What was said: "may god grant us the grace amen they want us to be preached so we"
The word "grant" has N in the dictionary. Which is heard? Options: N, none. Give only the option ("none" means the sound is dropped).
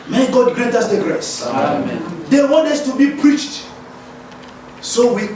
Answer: none